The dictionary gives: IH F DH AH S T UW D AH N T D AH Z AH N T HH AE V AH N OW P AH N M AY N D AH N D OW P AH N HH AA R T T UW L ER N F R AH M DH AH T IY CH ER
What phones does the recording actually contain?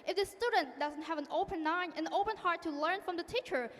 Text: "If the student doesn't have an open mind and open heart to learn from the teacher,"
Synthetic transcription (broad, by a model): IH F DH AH S T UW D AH N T D AH Z AH N T HH AE V AH N OW P AH N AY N AH N OW P AH N HH AA R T T UW L ER N F R AH M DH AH T IY CH ER